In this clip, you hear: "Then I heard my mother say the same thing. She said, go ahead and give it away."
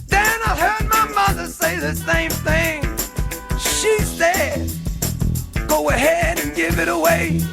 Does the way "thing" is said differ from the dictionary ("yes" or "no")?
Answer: no